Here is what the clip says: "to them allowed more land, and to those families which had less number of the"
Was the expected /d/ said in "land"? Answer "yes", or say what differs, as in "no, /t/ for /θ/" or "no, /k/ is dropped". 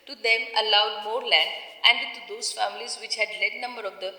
no, /d/ is dropped